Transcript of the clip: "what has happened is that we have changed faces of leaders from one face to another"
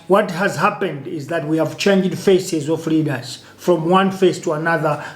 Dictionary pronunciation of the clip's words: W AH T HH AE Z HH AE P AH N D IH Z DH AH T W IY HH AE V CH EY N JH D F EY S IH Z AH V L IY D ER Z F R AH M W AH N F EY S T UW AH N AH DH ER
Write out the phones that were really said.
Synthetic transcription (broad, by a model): W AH T HH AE Z HH AE P AH N D IH Z DH AH T W IY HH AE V CH EY N JH D F EY S IH Z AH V L IY D ER Z F R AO M W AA N F EY S T UW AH N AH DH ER